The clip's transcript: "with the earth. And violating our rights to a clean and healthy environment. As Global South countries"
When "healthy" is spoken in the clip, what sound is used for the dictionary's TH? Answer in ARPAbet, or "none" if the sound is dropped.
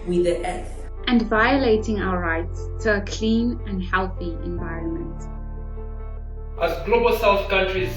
TH